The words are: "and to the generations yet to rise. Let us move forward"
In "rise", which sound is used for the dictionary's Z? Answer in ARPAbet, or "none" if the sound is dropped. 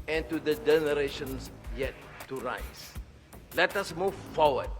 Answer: S